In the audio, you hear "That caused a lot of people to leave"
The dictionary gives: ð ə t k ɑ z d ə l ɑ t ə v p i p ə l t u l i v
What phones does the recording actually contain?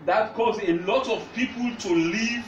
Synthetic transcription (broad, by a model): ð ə t k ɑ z ə l ɑ t ə v p i p ə l t u l i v